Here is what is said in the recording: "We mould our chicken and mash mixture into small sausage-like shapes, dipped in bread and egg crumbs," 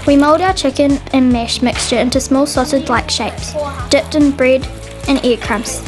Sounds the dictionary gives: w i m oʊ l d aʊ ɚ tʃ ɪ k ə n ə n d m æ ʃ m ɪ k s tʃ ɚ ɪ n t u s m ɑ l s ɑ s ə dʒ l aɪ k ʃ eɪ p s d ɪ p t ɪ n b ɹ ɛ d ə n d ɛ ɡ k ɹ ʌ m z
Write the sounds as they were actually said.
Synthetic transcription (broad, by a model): w i m oʊ l d aʊ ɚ tʃ ɪ k ə n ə n m æ ʃ m ɪ k s tʃ ɚ ɪ n t u s m ɑ l s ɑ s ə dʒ l aɪ k ʃ eɪ p s d ɪ p t ɪ n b ɹ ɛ d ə n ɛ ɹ k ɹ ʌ m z